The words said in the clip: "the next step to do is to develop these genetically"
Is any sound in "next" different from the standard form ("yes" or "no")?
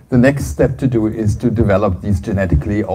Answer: no